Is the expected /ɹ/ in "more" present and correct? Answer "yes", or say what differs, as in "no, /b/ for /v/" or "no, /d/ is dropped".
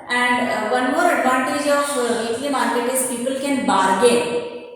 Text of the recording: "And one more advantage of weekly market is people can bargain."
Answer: yes